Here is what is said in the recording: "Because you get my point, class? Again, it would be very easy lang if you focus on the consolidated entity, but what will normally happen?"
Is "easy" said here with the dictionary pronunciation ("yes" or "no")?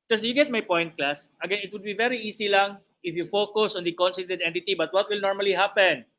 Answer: no